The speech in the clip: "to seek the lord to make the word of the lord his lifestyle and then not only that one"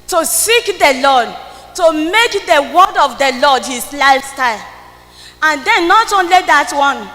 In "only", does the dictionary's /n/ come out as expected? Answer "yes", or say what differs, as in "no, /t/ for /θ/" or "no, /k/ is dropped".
yes